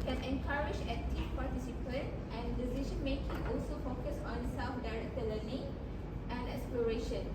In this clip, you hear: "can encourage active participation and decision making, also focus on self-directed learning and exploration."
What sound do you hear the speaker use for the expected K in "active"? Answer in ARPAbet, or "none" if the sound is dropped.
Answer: none